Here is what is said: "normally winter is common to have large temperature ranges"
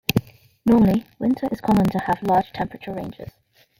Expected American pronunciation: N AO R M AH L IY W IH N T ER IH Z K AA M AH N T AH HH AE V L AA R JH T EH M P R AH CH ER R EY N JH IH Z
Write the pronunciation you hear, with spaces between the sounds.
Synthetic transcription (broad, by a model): N AO M AH L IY W IH N T ER IH Z K AA M AH N T AH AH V L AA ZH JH T EH M P R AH CH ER R EY N JH IH Z